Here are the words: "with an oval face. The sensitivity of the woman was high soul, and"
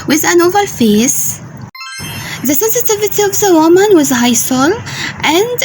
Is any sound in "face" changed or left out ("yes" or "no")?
no